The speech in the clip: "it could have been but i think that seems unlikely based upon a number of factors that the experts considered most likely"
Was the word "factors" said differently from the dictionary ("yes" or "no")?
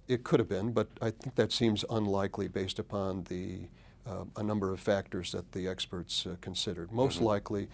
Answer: no